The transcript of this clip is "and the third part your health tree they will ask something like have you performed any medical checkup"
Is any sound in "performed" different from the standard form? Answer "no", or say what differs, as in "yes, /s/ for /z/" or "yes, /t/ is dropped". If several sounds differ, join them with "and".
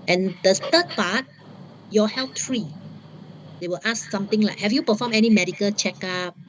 yes, /d/ is dropped